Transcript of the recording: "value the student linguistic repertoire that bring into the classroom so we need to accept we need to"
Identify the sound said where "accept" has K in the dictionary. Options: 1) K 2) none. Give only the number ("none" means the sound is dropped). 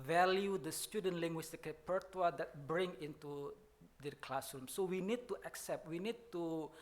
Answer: 1